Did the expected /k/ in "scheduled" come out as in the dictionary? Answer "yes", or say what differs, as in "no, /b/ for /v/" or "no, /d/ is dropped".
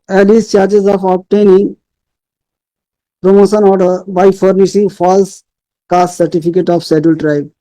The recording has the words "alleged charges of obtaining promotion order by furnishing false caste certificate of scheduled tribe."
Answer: no, /k/ is dropped